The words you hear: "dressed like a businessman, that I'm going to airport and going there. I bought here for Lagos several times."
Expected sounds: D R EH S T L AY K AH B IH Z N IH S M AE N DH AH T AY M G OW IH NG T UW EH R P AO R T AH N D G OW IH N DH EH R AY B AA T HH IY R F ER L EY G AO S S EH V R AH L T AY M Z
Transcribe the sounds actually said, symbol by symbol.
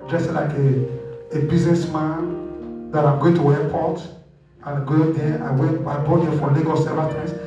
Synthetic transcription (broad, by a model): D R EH S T L AY K AH B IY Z N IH S M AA N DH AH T AY M G OW IH NG T UW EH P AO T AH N G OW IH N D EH W AY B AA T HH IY F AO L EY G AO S S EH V AH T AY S